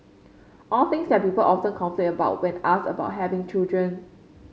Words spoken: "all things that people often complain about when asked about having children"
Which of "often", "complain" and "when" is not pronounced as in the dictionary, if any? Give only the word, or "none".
complain